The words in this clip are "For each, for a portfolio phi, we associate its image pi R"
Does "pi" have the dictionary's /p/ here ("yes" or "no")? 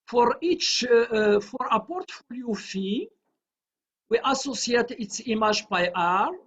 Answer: no